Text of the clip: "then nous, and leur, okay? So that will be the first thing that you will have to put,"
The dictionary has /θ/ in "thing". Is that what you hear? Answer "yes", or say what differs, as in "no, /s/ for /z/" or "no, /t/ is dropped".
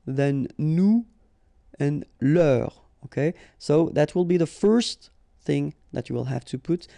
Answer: yes